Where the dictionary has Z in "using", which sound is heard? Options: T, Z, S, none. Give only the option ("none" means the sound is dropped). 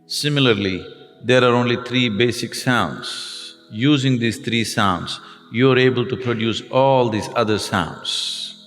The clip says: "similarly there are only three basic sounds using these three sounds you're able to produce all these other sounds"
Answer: Z